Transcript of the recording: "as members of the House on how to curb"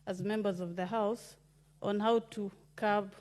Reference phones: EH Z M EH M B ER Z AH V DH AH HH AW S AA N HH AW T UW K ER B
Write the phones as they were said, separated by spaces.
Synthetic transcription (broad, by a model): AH Z M EH M B ER Z AH V DH AH HH AW S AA N HH AW T UW K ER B